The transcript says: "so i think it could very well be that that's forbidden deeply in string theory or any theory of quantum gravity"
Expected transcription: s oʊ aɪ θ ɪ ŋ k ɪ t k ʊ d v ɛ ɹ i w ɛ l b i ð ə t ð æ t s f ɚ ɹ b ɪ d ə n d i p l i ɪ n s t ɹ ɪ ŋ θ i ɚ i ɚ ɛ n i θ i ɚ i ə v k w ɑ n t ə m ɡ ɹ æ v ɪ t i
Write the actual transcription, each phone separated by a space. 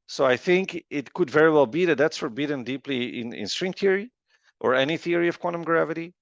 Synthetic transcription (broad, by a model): s oʊ aɪ θ ɪ ŋ k ɪ t k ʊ d v ɛ ɹ i w ɛ l b i ð ə t ð æ t s f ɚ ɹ b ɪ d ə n d i p l i ɪ n s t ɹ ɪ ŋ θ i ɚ i ɚ ɛ n i θ i ɚ i ə v k w ɑ n t ə m ɡ ɹ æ v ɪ t i